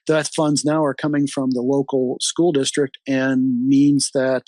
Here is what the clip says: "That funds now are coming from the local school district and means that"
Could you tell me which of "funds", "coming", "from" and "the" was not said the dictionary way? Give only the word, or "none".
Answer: none